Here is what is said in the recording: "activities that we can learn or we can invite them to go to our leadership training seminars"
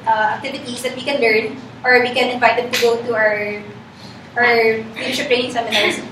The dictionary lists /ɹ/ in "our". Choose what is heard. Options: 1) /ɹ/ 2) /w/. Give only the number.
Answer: 1